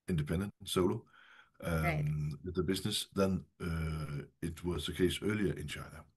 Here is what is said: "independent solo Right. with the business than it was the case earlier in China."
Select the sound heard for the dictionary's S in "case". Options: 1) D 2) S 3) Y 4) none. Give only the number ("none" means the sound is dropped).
2